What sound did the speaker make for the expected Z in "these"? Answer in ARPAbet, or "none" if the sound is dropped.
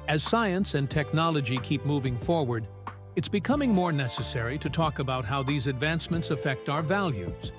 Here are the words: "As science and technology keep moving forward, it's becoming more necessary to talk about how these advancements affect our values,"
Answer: Z